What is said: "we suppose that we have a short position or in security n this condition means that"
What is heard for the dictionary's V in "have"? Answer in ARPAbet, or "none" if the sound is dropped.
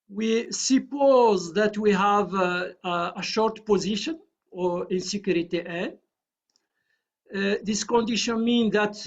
V